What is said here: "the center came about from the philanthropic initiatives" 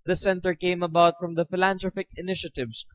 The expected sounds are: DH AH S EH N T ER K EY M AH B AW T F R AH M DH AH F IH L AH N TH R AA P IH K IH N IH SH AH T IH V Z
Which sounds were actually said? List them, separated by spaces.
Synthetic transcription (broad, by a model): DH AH S EH N T ER K EY M AH B AW T F R AH M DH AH F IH L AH N T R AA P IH K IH N IH SH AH T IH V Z